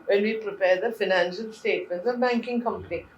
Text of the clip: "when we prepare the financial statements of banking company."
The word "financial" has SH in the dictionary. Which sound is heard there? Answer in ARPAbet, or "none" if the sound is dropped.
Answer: SH